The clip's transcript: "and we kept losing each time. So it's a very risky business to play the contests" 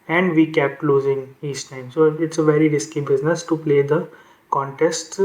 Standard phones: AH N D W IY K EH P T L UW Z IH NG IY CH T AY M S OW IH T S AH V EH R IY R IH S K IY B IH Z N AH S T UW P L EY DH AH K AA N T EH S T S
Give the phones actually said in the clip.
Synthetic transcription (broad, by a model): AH N D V IY K EH P T L UW Z IH NG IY S T AY M S OW IH T S AH V EH R IY R IH S K IY B IH Z N AH S T UW P L EY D AH K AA N T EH S T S